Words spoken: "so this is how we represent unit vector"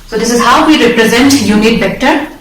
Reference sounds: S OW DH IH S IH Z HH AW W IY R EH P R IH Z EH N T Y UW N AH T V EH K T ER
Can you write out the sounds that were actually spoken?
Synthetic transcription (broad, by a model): S OW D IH S IH Z HH AW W IY R EH P R IH Z EH N T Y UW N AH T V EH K T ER